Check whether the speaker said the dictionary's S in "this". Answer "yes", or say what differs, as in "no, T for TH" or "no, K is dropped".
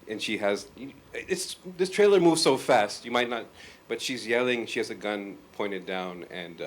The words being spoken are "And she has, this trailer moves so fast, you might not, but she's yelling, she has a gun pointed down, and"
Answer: yes